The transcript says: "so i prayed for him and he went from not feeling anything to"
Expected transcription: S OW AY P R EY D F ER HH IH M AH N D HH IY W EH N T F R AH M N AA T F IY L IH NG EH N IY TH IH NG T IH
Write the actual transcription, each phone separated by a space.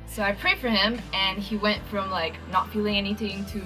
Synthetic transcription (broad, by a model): S OW AY P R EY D F ER HH IH M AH N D IY W EH N T F R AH M N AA T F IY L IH NG EH N IY TH IH NG T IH